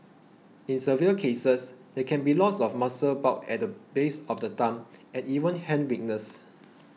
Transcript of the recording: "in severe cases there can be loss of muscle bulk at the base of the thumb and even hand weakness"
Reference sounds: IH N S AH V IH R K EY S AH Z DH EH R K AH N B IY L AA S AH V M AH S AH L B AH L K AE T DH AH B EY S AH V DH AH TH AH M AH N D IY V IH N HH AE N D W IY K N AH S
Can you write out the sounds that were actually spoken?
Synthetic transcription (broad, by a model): IH N S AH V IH L K EY S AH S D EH K AH N B IY L AA S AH F M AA S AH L B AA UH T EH T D AH B EY S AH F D AH T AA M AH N IY V IH N HH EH N W IY K N AH S